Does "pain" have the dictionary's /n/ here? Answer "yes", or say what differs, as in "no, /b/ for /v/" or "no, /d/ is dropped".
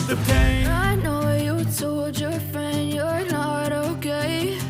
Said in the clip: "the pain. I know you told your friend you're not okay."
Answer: no, /n/ is dropped